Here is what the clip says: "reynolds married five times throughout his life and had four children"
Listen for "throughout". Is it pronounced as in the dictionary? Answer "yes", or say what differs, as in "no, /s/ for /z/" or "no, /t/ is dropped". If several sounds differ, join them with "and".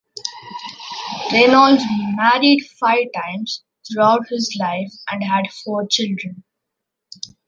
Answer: no, /t/ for /θ/